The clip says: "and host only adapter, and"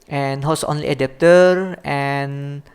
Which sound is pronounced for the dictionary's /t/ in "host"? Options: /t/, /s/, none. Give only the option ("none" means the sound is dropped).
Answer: none